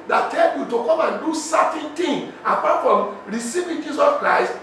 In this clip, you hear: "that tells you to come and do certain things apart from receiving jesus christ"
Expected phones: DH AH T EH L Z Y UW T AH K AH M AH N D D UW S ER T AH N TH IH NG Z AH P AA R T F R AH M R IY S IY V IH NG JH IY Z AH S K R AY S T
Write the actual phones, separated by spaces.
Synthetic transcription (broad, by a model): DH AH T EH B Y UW T AH K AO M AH N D D UW S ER T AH N T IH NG AH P AA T F R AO M R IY S IY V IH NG JH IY S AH S K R AY S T